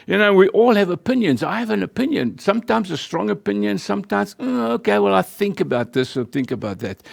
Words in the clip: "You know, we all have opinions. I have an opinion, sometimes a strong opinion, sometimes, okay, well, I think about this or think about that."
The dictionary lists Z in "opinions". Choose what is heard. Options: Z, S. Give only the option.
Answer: Z